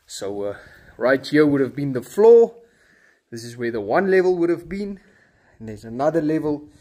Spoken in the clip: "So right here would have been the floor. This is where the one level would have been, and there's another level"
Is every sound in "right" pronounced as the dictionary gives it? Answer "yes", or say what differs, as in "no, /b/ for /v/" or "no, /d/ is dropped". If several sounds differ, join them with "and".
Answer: yes